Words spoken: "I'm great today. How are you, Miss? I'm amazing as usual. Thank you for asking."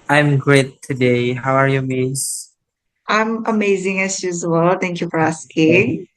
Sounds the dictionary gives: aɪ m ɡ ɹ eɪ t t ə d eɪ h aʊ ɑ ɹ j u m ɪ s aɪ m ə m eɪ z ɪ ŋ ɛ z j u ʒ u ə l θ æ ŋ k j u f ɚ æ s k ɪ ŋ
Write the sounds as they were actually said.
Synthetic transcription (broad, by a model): aɪ m ɡ ɹ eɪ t t ə d eɪ h aʊ ɑ ɹ j u m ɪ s aɪ m ə m eɪ z ɪ ŋ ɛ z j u z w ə l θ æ ŋ k j u f ɚ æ s k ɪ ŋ